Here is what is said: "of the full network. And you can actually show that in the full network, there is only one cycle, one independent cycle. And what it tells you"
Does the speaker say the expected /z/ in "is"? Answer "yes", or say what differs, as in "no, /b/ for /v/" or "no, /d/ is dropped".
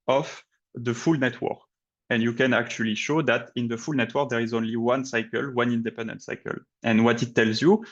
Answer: yes